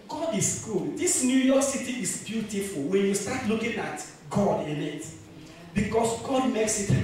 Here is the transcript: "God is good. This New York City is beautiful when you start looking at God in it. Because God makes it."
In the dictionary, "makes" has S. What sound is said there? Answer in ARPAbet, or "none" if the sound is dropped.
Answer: S